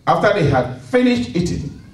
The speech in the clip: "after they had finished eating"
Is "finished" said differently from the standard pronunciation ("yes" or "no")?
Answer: no